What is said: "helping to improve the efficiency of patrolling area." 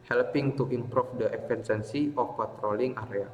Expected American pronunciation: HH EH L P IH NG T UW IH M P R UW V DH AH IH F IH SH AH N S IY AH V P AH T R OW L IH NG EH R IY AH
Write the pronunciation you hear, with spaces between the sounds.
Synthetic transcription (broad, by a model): HH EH L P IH NG T UW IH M P R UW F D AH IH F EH S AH N S IY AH F P AH T R OW L IH NG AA R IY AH